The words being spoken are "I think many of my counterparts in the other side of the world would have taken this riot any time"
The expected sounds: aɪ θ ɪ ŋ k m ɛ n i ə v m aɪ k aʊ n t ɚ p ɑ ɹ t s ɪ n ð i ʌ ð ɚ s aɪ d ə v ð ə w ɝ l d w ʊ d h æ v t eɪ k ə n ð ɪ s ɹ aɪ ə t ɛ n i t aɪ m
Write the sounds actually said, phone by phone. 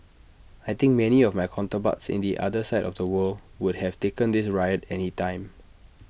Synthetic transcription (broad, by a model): aɪ t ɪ ŋ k m ɛ n i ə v m aɪ k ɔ n t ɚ b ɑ t s ɪ n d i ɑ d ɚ s aɪ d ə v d ə w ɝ l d w ʊ d h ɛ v t eɪ k ə n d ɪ s ɹ aɪ ə t ɛ n i t aɪ m